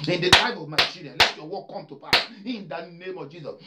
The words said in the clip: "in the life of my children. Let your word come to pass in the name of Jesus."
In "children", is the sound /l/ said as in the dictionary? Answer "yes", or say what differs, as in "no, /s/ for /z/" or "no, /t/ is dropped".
no, /l/ is dropped